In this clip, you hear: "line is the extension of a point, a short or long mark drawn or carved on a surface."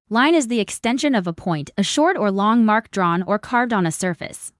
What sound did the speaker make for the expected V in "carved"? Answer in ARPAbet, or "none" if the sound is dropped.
V